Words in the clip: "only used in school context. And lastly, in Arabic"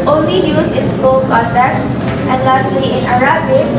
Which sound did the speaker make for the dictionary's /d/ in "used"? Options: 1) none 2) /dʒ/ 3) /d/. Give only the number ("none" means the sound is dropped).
1